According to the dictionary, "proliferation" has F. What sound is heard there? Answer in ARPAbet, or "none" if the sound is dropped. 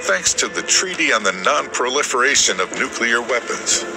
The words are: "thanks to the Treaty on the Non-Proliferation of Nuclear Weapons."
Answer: F